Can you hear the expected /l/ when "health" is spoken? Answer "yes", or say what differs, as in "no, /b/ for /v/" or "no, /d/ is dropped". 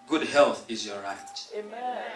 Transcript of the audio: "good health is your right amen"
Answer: yes